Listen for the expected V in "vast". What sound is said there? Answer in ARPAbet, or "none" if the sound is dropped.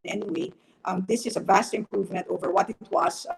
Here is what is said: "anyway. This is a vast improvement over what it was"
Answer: V